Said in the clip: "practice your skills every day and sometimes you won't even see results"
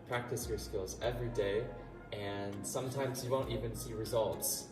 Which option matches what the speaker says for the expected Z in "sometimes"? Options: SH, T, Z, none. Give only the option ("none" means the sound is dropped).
Z